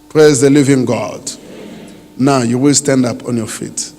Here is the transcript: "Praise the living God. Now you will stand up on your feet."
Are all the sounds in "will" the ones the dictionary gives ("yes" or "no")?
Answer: yes